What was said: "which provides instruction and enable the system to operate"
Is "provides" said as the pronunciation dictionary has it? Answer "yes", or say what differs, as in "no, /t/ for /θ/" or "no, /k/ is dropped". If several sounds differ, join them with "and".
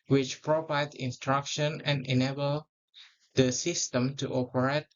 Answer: no, /z/ is dropped